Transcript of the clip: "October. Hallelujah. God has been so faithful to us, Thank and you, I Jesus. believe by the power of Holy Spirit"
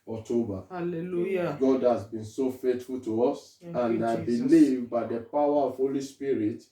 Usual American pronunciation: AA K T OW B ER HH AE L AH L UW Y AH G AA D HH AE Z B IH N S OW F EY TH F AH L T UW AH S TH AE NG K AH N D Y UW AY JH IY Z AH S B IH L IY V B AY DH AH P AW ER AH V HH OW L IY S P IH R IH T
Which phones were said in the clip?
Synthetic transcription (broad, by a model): AA K T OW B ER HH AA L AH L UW Y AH G AA D HH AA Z B IH N S OW F EY T F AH L T UW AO S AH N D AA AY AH B IH L IY V B AY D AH P AW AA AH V HH OW L IY S P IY R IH T